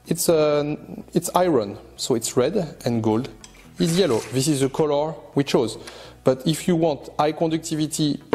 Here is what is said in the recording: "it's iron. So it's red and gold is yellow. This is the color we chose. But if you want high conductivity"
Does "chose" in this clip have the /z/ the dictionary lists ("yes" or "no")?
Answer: yes